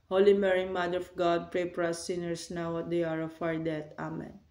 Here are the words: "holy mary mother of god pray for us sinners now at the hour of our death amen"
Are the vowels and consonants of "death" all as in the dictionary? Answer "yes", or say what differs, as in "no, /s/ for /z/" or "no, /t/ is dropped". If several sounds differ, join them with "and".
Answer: no, /t/ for /θ/